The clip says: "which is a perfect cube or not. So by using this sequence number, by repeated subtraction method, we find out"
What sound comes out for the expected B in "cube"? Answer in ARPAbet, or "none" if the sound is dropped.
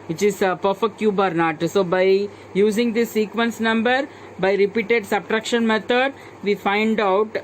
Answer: B